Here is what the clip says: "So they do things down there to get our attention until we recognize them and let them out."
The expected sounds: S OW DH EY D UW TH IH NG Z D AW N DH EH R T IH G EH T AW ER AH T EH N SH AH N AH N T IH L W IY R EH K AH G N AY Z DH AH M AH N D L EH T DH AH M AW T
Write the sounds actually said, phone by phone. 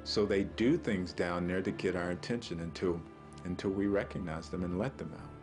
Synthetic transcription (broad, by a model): S OW DH EY D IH TH IH NG Z D AW N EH R T IH G EH T AW ER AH T EH N SH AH N AH N T IH L W IY R EH K AH G N AY Z DH AH M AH N L EH T DH AH M AW T